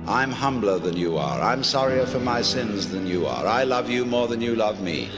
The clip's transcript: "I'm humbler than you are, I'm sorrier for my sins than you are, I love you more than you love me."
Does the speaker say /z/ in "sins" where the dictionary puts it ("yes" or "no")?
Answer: yes